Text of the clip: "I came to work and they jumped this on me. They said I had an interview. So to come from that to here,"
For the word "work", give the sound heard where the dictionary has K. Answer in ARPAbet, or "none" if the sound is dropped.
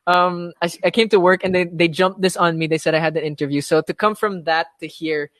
K